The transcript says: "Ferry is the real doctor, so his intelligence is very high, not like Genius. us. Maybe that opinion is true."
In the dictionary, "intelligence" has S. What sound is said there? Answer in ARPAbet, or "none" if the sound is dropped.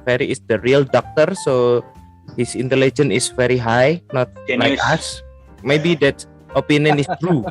none